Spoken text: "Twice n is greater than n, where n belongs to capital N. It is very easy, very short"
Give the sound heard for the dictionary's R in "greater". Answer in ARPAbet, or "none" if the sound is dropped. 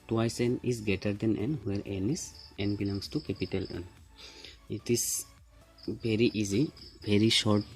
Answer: none